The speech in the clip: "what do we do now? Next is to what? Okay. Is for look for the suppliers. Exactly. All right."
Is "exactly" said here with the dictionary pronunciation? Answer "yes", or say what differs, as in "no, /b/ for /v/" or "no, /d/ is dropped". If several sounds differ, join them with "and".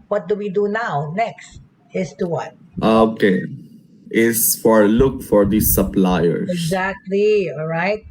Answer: yes